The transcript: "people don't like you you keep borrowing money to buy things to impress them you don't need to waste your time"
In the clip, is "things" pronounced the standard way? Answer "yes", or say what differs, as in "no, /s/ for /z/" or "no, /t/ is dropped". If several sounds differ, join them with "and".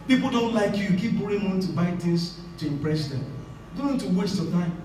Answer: no, /t/ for /θ/